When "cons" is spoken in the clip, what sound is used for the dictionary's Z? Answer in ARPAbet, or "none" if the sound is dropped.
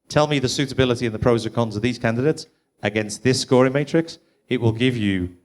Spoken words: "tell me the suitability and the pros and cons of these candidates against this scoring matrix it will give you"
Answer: Z